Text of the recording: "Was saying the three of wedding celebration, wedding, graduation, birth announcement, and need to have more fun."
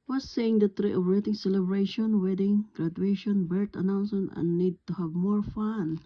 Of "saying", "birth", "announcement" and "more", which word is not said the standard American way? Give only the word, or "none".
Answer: birth